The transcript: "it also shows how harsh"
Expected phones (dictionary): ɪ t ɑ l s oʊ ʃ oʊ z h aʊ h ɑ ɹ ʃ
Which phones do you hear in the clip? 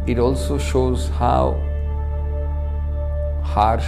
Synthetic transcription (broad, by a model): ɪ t ɑ l s oʊ ʃ oʊ z h aʊ h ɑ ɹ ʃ